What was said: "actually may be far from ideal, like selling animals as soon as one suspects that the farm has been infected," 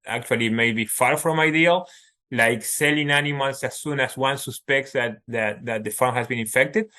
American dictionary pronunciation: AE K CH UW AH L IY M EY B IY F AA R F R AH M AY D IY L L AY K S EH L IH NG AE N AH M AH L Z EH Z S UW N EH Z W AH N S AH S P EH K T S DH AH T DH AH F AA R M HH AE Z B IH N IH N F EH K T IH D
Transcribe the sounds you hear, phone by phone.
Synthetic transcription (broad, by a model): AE K CH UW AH L IY M EY B IY F AA R F R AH M AY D IY L L AY K S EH L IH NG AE N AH M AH L S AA S UW N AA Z W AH N S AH S P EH K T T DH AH T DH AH F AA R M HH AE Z B IH N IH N F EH K T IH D